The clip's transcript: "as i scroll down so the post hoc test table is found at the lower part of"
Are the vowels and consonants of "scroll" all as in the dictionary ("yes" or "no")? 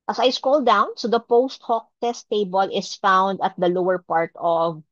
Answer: no